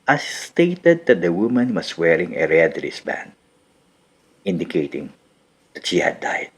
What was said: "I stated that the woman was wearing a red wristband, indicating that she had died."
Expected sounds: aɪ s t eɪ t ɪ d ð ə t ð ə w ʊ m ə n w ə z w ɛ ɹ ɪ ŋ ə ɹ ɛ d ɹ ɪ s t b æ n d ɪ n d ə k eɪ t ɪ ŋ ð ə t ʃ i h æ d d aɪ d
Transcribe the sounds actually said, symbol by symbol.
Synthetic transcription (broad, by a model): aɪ s t eɪ t ɪ d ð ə t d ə w ʊ m ə n w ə s w ɛ ɹ ɪ ŋ ə ɹ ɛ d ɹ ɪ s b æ n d ɪ n d ə k eɪ t ɪ ŋ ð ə t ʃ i h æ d d aɪ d